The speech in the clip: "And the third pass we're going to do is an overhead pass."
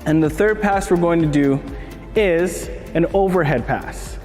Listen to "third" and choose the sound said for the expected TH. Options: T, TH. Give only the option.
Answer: TH